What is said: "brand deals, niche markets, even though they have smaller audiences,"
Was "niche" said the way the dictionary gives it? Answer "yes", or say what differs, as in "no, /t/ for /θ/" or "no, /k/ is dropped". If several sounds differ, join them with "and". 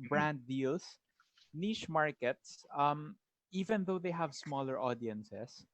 no, /ʃ/ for /tʃ/